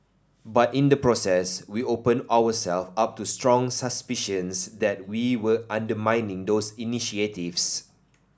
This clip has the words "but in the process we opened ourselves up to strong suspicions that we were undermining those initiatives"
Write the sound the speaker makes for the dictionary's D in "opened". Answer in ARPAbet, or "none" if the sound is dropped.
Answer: none